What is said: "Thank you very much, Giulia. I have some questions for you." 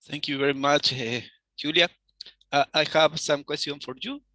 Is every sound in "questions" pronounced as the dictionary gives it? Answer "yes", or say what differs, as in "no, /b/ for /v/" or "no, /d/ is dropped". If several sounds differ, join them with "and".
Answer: no, /z/ is dropped